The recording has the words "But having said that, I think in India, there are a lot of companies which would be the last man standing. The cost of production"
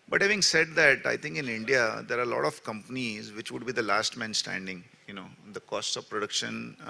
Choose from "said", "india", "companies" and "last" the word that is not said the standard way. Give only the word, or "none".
none